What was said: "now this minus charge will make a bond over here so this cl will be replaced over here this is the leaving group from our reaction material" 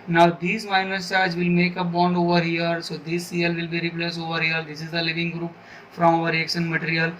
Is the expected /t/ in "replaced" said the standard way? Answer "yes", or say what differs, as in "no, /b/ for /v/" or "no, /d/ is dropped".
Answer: no, /t/ is dropped